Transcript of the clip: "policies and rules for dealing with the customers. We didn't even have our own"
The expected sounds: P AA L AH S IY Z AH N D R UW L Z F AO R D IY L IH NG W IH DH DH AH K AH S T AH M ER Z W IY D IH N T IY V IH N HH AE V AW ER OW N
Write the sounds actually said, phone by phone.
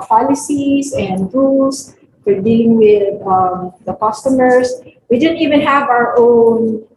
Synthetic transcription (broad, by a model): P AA L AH S IY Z AH N D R UW L S F AO R D IY L IH NG W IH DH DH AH K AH S T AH M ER S W IY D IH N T IY V IH N HH AE V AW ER OW N